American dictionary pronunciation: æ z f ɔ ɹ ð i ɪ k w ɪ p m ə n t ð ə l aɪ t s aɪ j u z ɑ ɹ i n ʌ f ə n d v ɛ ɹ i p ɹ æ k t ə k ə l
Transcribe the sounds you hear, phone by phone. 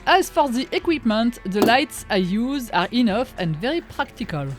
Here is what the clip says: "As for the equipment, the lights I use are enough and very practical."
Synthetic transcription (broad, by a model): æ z f ɔ ɹ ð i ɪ k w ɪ p m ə n t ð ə l aɪ t s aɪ j u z ɑ ɹ i n ʌ f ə n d v ɛ ɹ i p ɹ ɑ k t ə k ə l